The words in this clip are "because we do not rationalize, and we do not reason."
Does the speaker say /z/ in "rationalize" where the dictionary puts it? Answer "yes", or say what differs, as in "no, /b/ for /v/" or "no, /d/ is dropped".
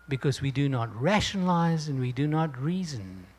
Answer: yes